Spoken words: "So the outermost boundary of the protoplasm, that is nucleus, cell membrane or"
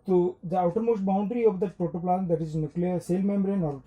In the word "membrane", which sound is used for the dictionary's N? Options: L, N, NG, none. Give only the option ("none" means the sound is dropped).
N